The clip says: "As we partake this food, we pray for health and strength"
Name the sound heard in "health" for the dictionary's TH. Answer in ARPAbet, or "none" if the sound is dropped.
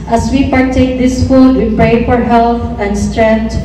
T